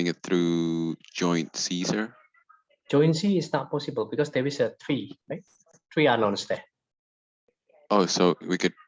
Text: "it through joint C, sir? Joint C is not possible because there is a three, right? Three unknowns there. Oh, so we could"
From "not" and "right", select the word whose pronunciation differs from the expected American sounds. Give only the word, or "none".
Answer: none